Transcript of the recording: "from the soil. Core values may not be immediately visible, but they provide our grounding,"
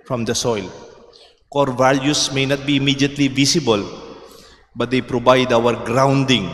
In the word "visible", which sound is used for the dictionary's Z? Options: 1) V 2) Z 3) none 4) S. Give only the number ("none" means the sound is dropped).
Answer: 4